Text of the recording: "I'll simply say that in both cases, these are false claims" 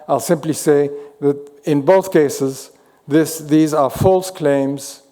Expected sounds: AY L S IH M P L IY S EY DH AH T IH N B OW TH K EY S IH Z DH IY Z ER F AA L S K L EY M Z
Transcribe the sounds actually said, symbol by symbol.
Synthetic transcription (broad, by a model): AY L S IH M P L IY S EY DH AH T IH N B OW TH K EY S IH Z DH IY Z ER F AA L S K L EY M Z